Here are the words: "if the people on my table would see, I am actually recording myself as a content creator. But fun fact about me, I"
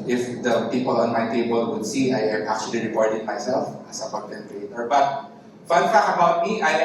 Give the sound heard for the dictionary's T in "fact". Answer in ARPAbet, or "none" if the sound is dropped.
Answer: none